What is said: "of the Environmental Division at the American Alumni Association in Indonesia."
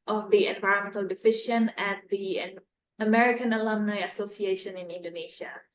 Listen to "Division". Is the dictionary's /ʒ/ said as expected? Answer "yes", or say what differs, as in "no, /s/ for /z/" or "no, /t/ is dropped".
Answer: no, /ʃ/ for /ʒ/